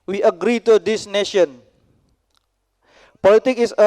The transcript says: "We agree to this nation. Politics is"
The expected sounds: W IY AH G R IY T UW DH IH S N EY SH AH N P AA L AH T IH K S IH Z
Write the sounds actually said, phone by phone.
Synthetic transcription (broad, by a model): W IY AH G R IY T UW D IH S N EY SH AH N P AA L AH T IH K IH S